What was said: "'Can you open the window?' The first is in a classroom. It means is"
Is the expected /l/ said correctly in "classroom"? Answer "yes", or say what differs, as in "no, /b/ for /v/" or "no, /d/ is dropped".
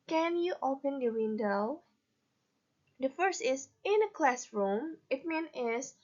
yes